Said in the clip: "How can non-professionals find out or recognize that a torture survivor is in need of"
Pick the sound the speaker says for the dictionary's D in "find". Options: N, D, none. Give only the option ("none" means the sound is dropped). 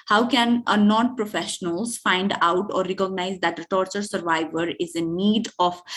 D